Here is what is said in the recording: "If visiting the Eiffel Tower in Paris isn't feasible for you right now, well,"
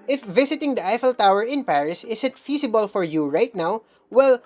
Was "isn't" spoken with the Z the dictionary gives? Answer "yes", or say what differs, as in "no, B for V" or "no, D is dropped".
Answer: no, S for Z